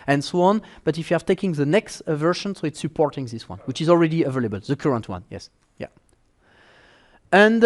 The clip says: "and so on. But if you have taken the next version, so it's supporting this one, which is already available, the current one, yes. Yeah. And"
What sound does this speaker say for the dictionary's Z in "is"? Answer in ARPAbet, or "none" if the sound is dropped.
Z